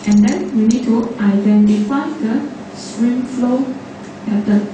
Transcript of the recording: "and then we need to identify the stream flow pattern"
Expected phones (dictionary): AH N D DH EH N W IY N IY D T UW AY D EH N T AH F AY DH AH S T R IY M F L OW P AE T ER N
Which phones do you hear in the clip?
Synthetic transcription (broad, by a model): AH N D EH N W IY N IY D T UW AY D EH N T AH F AY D AH S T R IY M F L OW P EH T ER